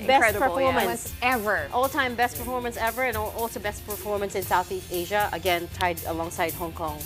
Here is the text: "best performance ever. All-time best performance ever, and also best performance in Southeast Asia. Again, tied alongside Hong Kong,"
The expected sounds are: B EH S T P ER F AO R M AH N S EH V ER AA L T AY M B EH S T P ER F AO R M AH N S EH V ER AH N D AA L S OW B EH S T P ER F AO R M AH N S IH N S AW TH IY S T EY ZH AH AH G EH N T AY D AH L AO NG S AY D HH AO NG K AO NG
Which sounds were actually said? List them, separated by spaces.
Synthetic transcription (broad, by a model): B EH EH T P ER F AO R M AH N S EH V ER AA L T AY M B EH S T P ER F AO R M AH N S EH V ER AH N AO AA L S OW B EH S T P ER F AO R M AH N S IH N S AW TH IY S T EY ZH AH AH G EH N T AY D AH L AO NG S AY D HH AO NG K AO NG